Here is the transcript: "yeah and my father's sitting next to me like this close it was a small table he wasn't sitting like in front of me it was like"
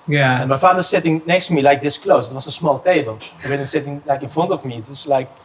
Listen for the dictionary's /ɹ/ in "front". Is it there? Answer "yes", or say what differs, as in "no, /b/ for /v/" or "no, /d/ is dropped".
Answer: no, /ɹ/ is dropped